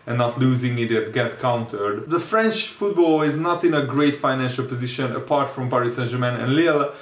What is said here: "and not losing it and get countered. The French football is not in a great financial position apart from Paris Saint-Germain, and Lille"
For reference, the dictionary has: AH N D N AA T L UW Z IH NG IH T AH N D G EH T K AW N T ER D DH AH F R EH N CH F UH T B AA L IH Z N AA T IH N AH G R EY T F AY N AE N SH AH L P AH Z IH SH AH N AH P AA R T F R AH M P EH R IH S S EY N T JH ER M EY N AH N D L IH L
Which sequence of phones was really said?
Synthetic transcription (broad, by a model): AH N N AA T L UW Z IH NG IH T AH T G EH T K AW N T ER D DH AH F R EH N CH F UH T B AA L IH Z N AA T IH N AH G R EY T F AY N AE N SH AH L P AH Z IH SH AH N AH P AA R T F R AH M P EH R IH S S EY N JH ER M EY N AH N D L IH L